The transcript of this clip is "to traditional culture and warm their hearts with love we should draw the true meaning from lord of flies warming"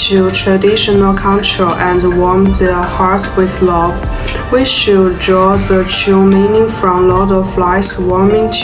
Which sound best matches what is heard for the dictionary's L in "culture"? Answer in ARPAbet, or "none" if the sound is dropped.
N